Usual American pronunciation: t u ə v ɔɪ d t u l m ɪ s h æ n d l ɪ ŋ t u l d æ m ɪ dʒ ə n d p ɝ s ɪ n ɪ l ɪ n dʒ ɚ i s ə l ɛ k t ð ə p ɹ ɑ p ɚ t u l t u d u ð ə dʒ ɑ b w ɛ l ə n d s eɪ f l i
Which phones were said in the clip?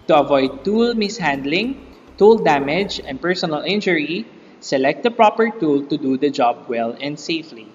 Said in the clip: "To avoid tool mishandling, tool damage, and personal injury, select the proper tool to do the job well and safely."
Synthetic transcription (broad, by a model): t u ə v ɔɪ d t u l m ɪ s h æ n d l ɪ ŋ t u l d æ m ɪ dʒ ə n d p ɝ s ɪ n ɪ l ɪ n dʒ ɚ i s ə l ɛ k t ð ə p ɹ ɑ p ɚ t u l t u d u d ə dʒ ɑ b w ɛ l ə n d s eɪ f l i